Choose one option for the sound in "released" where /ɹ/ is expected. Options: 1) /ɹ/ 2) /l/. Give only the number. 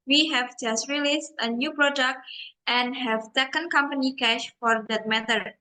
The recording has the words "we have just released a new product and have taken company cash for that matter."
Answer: 1